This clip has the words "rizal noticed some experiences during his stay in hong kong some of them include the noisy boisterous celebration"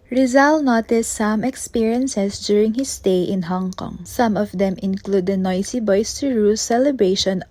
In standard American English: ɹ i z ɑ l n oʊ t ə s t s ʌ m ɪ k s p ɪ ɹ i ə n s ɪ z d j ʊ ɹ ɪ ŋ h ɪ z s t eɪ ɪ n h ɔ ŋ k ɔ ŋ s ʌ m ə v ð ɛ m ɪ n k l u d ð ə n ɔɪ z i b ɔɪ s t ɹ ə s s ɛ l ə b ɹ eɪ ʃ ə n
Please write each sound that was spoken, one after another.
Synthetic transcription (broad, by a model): ɹ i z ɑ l n oʊ t ə s t s ʌ m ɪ k s p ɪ ɹ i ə n s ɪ s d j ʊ ɹ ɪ ŋ h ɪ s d eɪ ɪ n h ɔ ŋ k ɔ ŋ s ʌ m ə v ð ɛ m ɪ n k l u d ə n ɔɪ s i b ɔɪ s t ɹ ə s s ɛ l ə b ɹ eɪ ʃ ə n